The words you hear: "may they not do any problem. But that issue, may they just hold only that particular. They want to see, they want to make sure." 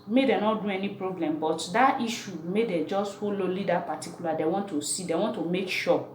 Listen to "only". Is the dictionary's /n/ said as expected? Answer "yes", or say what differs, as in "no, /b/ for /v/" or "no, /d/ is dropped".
no, /n/ is dropped